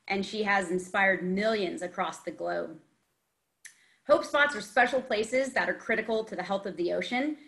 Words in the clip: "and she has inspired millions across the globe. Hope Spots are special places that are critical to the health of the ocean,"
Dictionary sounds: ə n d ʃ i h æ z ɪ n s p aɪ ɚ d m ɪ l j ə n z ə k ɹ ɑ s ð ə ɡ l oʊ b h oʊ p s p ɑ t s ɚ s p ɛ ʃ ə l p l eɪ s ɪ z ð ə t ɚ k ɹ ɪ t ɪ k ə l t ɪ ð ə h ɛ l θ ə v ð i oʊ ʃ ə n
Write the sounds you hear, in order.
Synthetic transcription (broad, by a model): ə n ʃ i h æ z ɪ n s p aɪ ɚ d m ɪ l j ə n z ə k ɹ ɑ s ð ə ɡ l oʊ b h oʊ p s p ɑ t s ɚ s p ɛ ʃ l p l eɪ s ɪ z ð ə t ɚ k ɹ ɪ t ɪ k l t ɪ ð ə h ɛ l θ ə v ð i oʊ ʃ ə n